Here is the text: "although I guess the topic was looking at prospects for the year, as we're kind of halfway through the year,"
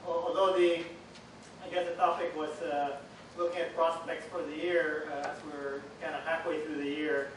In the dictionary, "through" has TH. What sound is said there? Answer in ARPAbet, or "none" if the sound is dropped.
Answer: TH